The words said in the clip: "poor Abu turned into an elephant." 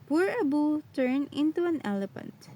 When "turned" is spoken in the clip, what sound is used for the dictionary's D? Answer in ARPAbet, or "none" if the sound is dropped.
none